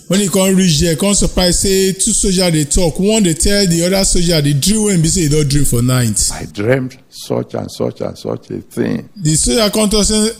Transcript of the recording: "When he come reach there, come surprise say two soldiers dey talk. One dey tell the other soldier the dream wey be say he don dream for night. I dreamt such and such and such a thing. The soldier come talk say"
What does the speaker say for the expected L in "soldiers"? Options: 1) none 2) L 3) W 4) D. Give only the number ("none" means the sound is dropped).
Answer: 1